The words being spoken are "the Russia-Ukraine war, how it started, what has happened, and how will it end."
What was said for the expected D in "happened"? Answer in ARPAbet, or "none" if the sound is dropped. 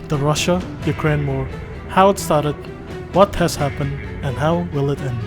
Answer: D